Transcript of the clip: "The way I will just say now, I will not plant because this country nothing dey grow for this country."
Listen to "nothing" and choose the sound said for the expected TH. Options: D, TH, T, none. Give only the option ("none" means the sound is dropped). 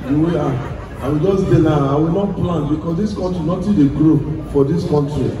T